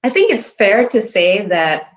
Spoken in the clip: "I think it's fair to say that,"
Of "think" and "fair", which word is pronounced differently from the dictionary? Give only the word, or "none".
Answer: none